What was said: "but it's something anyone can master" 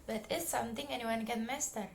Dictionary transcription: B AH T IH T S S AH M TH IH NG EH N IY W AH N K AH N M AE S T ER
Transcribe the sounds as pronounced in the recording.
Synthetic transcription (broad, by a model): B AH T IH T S S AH M T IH NG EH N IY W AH N K AH N M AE S T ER